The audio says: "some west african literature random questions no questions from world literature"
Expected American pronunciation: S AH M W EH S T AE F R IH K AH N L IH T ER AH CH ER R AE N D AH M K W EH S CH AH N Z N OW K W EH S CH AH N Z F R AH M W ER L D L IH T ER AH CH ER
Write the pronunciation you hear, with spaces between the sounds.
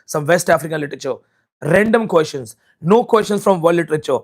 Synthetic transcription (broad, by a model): S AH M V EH S T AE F R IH K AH N L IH T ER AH CH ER R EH N D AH M K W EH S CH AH N S N OW K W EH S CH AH N S F R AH M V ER D L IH T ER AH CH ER